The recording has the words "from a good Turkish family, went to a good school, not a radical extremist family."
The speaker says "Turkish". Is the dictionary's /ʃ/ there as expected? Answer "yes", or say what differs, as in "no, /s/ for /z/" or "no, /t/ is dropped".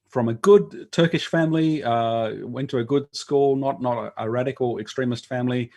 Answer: yes